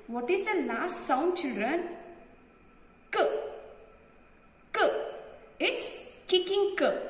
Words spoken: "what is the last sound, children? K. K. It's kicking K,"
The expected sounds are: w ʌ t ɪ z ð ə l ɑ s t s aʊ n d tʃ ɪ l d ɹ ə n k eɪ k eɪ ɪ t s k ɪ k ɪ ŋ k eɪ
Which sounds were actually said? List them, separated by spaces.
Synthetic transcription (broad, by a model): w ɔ t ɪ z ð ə n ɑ s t s aʊ n d tʃ ɪ l d ɹ ə n k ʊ k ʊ ɪ t s k ɪ k ɪ ŋ k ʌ